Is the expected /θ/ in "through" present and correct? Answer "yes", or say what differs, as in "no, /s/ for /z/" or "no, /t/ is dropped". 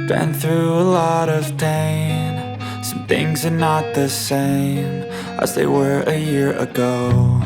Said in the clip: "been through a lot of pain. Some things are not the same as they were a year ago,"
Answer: yes